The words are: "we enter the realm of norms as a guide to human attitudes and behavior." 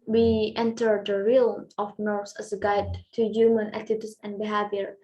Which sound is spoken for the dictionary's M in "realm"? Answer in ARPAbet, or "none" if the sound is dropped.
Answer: none